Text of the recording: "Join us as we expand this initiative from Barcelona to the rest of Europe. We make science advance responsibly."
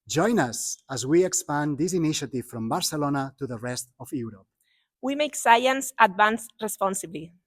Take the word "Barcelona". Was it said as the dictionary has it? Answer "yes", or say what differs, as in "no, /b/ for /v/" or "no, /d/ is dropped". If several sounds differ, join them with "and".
yes